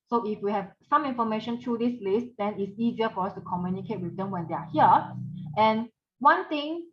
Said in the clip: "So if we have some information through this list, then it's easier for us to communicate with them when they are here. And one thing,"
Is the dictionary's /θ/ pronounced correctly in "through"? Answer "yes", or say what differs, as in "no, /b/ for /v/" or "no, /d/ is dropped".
no, /t/ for /θ/